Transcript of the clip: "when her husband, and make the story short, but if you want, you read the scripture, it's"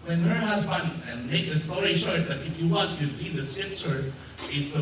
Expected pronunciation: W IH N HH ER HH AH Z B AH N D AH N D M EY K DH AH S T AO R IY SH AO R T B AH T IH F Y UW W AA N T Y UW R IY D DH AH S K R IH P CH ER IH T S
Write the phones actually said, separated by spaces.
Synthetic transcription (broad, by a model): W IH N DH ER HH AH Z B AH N AH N M EY K DH AH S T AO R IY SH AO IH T B AH T IH F Y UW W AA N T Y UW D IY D DH AH S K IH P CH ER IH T S